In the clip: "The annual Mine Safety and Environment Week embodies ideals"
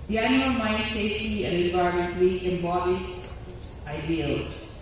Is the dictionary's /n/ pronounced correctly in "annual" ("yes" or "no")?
no